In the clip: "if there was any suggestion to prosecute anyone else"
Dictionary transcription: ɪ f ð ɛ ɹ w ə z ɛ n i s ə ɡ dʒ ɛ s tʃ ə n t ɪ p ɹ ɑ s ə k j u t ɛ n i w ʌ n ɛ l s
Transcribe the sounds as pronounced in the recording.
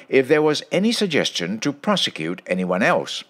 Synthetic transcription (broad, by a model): ɪ f ð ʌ ɹ w ə z ɛ n i s ə ɡ dʒ ɛ s tʃ ə n t ɪ p ɹ ɑ s ə k j u t ɛ n i w ʌ n ɛ l s